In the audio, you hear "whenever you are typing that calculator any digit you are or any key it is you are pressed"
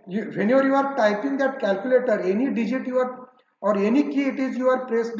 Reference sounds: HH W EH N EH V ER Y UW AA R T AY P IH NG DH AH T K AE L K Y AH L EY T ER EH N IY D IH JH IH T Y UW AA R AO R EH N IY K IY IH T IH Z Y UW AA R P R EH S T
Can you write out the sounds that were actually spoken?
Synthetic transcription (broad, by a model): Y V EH N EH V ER Y UW AA R T AY P IH NG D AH T K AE L K Y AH L EY T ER EH N IY D IH JH IH T Y UW AA R AO R EH N IY K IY IH T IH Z Y UW AA R P R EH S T